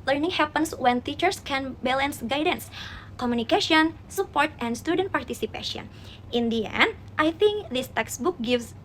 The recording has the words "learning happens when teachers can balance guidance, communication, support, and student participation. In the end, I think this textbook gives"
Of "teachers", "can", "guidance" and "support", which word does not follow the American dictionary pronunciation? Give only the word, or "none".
teachers